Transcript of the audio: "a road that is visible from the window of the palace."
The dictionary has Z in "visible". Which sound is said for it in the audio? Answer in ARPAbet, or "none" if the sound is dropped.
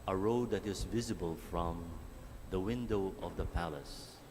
Z